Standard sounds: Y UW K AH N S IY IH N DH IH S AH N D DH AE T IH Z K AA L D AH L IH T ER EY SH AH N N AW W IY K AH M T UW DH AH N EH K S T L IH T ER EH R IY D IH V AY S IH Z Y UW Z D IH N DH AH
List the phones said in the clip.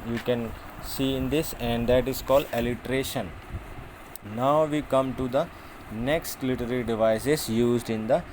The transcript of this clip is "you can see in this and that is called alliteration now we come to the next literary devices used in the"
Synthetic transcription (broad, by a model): Y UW K AH N S IY IH N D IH S AH N D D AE T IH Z K AA L D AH L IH T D EY SH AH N N AW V IY K AH M T UW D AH N EH K S T L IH T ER R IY D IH V AY S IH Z Y UW Z D IH N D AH